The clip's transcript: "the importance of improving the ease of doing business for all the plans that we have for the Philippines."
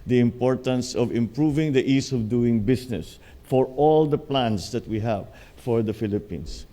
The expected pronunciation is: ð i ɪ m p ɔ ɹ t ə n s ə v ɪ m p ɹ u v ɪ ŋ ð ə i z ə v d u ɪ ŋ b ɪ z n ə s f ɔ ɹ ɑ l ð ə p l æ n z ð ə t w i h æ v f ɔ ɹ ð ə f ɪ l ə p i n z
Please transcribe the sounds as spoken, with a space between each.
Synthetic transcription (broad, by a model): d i ɪ m p ɔ ɹ t ə n s ə v ɪ m p ɹ u v ɪ ŋ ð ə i s ə v d u ɪ ŋ b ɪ s n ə s f ɔ ɹ ɑ l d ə p l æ n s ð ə t w i h æ v f ɔ ɹ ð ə f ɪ l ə p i n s